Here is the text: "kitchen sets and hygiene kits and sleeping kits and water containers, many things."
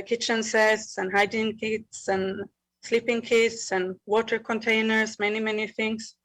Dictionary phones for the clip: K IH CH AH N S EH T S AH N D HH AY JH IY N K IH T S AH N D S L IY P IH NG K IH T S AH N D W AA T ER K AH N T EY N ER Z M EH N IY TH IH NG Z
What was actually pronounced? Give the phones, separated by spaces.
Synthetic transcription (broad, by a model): K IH CH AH N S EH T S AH N HH AY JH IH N K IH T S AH N S L IY P IH NG K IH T S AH N W AA T ER K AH N T EY N ER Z M EH N IY TH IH NG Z